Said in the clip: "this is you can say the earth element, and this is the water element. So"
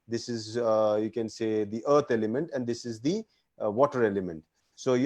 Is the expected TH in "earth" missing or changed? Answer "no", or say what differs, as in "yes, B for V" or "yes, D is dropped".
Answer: yes, T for TH